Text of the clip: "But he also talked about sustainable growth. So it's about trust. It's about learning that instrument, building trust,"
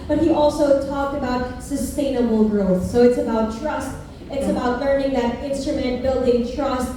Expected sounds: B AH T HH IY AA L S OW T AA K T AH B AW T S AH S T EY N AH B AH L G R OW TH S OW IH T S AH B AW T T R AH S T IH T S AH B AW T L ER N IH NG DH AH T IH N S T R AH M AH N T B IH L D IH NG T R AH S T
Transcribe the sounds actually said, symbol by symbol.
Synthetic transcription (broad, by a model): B AH T HH IY AA L S OW T AA K T AH B AW T S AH S T EY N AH B L G R OW TH S OW IH T S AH B AW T T R AH S T IH T S AH B AW T L ER N IH NG DH AH T IH N S T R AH M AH N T B IH L D IH NG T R AH S T